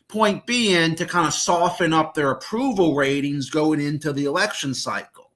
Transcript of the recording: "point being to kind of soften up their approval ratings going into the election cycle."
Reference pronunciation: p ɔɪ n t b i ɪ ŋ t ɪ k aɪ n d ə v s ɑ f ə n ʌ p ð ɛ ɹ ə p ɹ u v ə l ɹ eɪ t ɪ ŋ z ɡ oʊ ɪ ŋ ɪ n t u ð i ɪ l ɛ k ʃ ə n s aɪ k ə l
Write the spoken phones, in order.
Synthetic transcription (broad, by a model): p ɔɪ n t b i ɪ ŋ t ɪ k aɪ n d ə s ɑ f ə n ʌ p ð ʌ ɹ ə p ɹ u v l ɹ eɪ t ɪ ŋ z ɡ oʊ ɪ ŋ ɪ n t u ð i ɪ l ɛ k ʃ ə n s aɪ k l